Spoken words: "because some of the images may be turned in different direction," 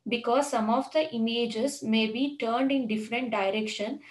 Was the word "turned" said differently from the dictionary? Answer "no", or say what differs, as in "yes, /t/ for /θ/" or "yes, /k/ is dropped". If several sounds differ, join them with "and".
no